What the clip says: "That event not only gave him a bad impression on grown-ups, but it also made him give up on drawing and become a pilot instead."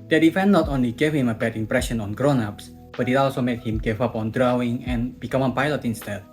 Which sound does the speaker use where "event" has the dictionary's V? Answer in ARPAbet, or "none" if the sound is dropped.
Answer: F